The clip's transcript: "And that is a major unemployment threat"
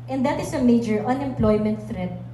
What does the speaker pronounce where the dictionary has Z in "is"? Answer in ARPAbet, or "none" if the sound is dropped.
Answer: S